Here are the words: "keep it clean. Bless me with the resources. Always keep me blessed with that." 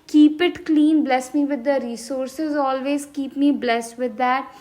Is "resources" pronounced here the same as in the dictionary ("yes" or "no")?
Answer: yes